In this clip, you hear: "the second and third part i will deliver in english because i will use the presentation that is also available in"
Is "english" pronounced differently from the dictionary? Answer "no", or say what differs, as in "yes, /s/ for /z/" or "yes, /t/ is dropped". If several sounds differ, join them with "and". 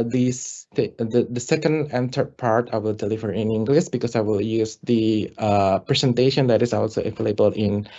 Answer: yes, /s/ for /ʃ/